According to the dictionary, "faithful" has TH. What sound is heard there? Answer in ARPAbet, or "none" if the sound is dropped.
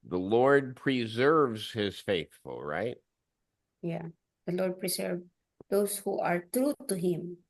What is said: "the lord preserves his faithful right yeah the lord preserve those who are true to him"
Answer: TH